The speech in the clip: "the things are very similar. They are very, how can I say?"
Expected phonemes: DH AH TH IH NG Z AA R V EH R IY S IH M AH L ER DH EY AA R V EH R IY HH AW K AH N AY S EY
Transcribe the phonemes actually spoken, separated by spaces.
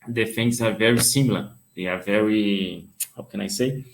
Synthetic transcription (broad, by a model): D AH F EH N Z AA R V EH R IY S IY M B L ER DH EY AA R V EH R IY HH AW K AH N AY S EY